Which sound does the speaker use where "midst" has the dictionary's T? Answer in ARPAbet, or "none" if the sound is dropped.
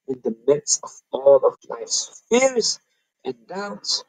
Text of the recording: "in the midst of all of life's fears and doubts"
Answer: none